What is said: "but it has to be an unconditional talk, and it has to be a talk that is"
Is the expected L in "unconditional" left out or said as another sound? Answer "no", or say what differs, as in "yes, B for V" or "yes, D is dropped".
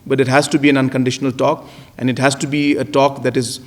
no